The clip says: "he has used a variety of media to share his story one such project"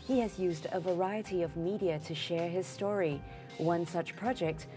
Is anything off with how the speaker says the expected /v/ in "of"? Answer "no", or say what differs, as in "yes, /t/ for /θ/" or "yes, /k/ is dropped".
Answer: no